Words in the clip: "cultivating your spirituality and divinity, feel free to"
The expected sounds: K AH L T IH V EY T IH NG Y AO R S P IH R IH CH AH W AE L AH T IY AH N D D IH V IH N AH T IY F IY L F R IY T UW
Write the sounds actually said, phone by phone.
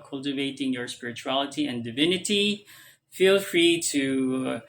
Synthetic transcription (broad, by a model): K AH L T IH V EY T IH NG Y AO R S P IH R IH CH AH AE L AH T IY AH N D D IH V IH N AH T IY F IY L F R IY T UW